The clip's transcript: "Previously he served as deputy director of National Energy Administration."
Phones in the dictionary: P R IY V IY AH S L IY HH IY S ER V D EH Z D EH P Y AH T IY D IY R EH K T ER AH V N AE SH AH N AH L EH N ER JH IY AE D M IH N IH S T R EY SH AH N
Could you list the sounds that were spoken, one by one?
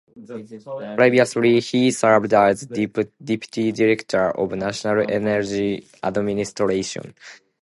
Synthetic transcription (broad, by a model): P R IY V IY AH S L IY HH IY S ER B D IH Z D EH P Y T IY D IY R EH K T ER AH V N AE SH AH N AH L EH N ER JH IY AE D M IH N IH S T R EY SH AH N